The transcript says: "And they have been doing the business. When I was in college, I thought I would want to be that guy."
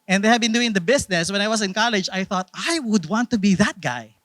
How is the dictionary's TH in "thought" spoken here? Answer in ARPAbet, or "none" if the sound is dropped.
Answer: TH